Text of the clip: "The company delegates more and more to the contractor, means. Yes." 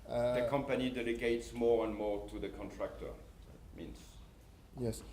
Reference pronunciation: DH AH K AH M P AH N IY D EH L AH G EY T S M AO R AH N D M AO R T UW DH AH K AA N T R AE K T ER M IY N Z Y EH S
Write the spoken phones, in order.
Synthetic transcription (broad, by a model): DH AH K AH M P AH N IY D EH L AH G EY T S M AO R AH N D M AO R T UW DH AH K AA N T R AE K T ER M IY N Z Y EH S